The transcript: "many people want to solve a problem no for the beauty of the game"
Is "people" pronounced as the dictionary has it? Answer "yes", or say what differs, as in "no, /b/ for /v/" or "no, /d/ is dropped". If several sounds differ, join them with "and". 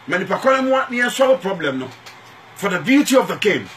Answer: no, /n/ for /l/